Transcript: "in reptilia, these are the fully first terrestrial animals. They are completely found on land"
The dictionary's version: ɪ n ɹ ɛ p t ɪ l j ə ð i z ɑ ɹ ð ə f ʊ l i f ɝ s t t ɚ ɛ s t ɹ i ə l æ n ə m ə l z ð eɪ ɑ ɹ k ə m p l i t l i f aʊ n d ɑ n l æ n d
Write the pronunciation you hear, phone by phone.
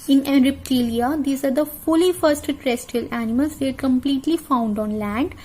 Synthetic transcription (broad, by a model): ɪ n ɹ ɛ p t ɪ l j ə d i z ɑ ɹ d ə f ʊ l i f ɝ s t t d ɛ s t i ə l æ n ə m ə l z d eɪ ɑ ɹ k ə m p l i t l i f aʊ n d ɑ n l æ n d